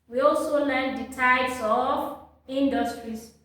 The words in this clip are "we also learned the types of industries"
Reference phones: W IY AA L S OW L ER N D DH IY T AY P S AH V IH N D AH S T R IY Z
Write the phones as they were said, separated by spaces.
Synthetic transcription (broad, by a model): W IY AA L S OW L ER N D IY T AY S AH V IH N D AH S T R IY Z